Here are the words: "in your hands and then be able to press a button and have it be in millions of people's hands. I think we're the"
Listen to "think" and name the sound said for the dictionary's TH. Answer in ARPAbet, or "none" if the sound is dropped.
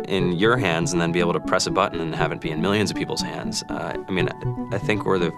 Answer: TH